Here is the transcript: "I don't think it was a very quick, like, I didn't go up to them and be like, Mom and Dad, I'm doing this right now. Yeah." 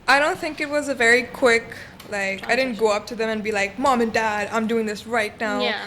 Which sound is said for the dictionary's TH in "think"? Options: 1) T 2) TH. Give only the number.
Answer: 2